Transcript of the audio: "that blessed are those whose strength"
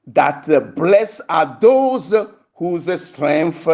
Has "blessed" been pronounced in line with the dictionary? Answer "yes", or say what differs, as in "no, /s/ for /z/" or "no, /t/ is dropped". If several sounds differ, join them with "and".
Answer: no, /t/ is dropped